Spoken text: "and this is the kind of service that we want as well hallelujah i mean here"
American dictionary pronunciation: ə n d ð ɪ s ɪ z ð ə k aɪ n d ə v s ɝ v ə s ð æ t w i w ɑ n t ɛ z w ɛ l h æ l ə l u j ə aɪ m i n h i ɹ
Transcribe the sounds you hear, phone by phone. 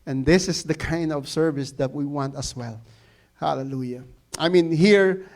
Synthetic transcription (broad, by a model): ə n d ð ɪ s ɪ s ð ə k aɪ n d ə v s ɝ v ə s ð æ t w i w ɑ n t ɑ s w ɛ l h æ l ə l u j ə aɪ m i n h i ɹ